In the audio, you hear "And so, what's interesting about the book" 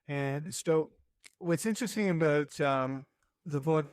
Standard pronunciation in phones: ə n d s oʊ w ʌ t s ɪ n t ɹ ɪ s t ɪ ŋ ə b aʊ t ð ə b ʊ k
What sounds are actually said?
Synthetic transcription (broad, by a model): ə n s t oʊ w ʌ t s ɪ n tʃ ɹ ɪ s t ɪ ŋ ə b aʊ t ð ə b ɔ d